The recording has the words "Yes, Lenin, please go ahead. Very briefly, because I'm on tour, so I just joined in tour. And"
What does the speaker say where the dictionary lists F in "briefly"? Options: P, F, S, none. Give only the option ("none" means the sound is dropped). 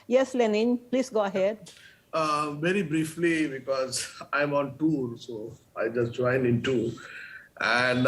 F